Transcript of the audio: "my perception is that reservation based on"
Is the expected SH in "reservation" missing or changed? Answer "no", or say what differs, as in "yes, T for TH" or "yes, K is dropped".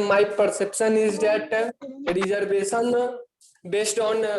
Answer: yes, S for SH